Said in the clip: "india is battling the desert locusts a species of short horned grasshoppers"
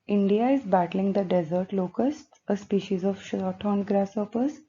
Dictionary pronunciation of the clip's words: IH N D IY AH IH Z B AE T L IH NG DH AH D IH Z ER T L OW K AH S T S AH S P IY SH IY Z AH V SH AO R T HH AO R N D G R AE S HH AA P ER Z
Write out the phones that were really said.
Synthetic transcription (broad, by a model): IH N D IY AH IH Z B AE T L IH NG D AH D IH Z ER T L OW K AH S T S AH S P IY SH IY Z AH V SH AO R T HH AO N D G R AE S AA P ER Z